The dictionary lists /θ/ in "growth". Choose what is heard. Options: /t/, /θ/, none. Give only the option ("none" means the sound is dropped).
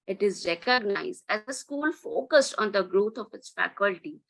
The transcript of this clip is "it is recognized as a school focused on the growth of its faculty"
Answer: /t/